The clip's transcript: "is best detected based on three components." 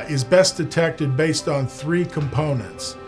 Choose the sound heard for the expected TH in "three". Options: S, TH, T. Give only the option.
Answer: TH